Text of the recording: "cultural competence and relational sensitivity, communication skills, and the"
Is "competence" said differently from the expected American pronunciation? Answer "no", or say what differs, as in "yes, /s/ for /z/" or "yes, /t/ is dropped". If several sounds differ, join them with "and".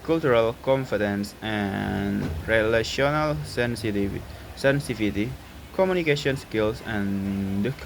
yes, /f/ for /p/